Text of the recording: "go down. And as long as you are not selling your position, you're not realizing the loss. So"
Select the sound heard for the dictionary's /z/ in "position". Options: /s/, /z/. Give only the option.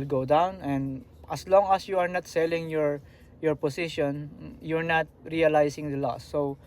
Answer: /s/